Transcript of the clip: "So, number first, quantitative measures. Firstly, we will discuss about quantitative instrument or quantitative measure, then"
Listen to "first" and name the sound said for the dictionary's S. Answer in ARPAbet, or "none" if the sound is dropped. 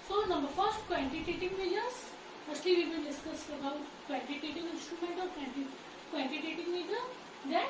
S